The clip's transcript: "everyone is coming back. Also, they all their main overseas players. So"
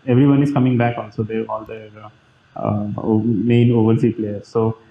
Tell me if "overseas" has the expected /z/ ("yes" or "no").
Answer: no